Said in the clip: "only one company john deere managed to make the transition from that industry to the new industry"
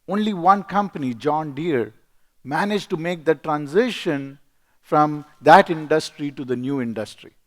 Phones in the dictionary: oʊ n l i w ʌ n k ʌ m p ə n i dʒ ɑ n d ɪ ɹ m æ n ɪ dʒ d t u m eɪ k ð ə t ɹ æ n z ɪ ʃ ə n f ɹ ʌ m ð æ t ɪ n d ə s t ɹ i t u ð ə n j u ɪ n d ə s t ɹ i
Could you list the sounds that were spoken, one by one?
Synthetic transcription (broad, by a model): oʊ n l i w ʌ n k ʌ m p ə n i dʒ ɑ n d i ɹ m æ n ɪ dʒ t u m eɪ k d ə t ɹ æ n z ɪ ʃ ə n f ɹ ʌ m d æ t ɪ n d ə s t ɹ i t u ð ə n j u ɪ n d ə s t ɹ i